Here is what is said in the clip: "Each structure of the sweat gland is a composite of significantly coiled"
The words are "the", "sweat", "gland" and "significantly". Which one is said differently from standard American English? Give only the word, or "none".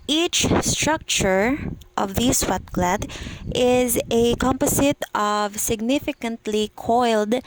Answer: gland